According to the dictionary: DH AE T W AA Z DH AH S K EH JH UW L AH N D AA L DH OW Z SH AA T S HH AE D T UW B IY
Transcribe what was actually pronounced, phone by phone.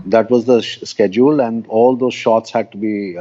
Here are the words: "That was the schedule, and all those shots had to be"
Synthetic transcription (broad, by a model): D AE T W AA Z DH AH S K EH JH UW L AH N D AA L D OW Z SH AA T S HH AE D T UW B IY